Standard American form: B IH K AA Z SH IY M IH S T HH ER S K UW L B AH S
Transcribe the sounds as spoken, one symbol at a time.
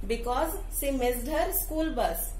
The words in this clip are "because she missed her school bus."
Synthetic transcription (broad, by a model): B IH K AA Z S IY M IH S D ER S K UW L B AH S